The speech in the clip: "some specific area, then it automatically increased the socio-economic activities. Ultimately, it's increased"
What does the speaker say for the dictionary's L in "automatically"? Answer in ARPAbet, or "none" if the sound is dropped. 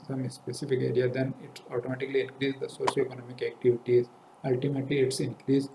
L